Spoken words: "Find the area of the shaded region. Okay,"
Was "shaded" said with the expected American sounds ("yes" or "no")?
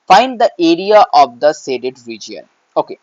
no